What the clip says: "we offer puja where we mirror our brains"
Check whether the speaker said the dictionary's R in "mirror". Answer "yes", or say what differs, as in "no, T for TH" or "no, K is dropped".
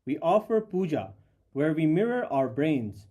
yes